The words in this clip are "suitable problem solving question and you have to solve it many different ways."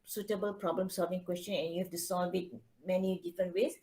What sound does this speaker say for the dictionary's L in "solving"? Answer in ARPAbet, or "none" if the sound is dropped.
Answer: L